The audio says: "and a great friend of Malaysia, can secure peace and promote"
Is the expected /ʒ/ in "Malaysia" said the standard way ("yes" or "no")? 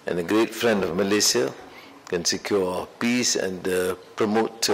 no